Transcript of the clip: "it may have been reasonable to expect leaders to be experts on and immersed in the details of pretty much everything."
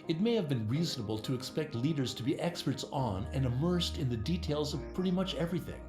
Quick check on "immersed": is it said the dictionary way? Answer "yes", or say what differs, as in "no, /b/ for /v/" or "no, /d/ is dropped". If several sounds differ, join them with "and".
yes